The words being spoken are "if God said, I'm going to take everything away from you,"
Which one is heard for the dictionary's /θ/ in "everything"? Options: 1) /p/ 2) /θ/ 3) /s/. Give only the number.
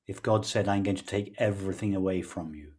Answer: 2